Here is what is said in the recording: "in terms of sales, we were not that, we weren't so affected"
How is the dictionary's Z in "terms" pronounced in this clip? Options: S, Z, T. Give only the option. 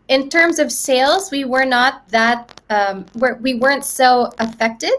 Z